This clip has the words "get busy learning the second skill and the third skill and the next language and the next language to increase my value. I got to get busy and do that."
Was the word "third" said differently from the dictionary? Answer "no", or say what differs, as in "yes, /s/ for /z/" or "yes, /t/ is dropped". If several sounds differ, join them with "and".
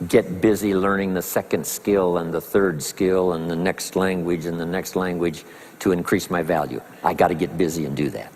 no